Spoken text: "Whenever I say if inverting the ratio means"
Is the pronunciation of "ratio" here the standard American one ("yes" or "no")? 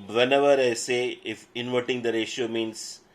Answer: yes